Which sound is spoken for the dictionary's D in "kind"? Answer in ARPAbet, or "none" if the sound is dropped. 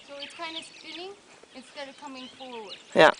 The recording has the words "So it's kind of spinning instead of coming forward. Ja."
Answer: none